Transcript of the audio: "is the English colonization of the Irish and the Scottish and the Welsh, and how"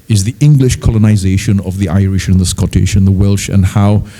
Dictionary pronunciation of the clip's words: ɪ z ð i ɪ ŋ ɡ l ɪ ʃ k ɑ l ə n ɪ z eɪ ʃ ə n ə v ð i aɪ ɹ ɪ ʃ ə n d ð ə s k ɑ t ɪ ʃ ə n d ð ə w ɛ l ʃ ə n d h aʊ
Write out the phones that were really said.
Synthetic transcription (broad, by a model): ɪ z ð i ɪ ŋ ɡ l ɪ ʃ k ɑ l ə n ɪ z eɪ ʃ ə n ə v ð i aɪ ɹ ɪ ʃ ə n ð ə s k ɑ t ɪ ʃ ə n ð ə w ɛ l ʃ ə n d h aʊ